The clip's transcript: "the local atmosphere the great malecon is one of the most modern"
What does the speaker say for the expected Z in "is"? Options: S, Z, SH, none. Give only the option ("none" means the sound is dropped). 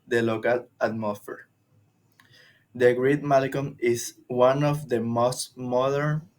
S